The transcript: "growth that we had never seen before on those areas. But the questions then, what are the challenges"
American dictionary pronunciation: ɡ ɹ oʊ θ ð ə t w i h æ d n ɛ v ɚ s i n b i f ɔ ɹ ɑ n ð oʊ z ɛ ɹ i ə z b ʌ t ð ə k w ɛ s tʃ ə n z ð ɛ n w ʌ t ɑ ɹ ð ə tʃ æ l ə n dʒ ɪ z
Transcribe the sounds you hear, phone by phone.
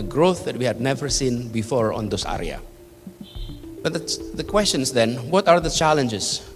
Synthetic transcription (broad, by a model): ɡ ɹ oʊ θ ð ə t w i h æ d n ɛ v ɚ s i n b i f ɔ ɹ ɑ n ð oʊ s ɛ ɹ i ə b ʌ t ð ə k w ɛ s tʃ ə n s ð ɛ n w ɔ t ɑ ɹ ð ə tʃ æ l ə n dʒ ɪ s